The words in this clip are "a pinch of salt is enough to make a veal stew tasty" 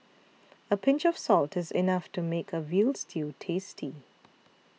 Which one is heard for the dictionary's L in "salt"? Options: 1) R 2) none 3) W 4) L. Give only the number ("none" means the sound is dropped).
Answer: 4